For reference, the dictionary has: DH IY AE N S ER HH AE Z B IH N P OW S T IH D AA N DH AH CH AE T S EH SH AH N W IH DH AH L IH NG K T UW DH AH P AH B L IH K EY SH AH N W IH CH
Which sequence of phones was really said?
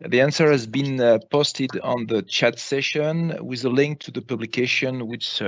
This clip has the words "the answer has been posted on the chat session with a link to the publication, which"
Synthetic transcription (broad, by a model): DH IY AE N S ER HH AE Z B IH N P OW S T IH D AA N DH AH CH AE T S EH SH AH N W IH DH AH L IH NG K T UW DH AH P AH B L IH K EY SH AH N W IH CH